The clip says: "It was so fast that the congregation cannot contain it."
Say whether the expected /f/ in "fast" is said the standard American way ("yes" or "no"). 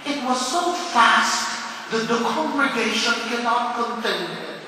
yes